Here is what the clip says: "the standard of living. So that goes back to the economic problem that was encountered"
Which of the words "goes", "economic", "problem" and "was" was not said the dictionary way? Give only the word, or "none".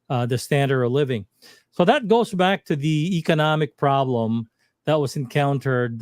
none